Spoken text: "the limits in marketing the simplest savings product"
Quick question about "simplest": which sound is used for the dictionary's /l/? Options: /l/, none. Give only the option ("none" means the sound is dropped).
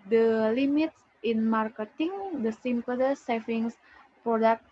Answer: none